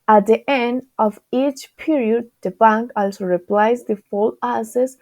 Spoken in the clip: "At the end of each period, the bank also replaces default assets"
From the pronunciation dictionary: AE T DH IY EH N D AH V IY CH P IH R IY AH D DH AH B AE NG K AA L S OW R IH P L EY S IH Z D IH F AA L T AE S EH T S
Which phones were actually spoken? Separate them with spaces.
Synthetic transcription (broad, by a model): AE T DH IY EH N D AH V IY CH P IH R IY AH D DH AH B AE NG K AA L S OW R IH P L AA IH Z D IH F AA L AE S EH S